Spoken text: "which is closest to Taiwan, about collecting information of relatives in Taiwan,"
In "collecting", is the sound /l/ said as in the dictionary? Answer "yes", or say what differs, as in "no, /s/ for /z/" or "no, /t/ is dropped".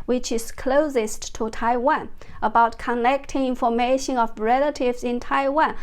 no, /n/ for /l/